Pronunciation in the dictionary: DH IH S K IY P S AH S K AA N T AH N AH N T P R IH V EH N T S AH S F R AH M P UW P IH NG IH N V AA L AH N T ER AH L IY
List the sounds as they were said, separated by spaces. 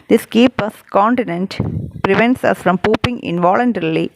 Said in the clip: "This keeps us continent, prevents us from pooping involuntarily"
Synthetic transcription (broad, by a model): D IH S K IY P AH S K AA N T AH N AH N T P R IH V EH N T S AH S F R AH M P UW P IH NG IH N V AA L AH N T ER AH L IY